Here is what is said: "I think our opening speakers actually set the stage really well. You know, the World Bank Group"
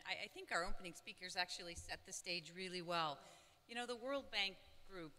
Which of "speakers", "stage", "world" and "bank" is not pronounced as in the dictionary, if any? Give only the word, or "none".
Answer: none